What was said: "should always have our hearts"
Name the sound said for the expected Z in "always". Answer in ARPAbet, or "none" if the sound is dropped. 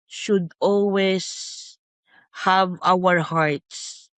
S